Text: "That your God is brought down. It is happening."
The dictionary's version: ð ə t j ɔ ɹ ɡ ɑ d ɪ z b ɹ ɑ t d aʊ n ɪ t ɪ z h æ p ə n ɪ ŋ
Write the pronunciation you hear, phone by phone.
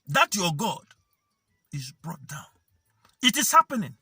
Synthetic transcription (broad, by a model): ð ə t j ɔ ɡ ɑ d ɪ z b ɹ ɑ t d aʊ n ɪ t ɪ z h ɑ p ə n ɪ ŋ